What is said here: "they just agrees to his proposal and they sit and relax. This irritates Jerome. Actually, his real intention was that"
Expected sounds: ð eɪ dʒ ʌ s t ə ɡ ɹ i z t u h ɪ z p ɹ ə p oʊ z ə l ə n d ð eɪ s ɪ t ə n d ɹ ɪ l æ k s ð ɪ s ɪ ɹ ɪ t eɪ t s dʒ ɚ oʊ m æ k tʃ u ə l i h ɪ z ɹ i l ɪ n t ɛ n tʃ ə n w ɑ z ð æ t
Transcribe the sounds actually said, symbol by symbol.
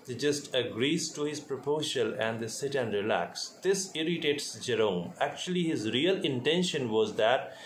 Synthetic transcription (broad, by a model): dʒ ʌ s t ə ɡ ɹ i z t u h ɪ z p ɹ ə p oʊ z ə l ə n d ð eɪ s ɪ t ə n d ɹ ɪ l æ k s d ɪ s ɪ ɹ ɪ t eɪ t s dʒ ɚ oʊ m æ k tʃ u ə l i h ɪ z ɹ i l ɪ n t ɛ n ʃ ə n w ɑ z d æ t